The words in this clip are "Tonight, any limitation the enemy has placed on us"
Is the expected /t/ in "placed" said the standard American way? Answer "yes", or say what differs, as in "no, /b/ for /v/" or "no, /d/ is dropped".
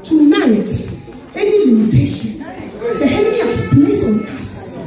no, /t/ is dropped